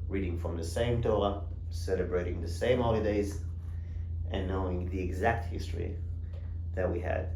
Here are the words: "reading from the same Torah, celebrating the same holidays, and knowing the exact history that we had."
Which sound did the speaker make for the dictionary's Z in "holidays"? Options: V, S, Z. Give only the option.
Z